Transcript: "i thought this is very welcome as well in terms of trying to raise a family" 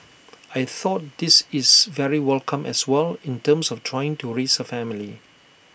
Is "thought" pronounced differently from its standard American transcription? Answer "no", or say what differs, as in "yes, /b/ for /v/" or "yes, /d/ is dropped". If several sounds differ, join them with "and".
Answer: no